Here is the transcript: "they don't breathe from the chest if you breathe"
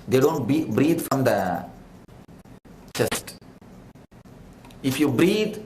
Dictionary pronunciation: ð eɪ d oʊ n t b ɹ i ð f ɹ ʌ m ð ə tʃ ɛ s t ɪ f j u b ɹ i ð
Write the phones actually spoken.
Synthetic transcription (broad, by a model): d eɪ d oʊ n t b ɹ i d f ɹ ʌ m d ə tʃ ɛ s t ɪ f j u b ɹ i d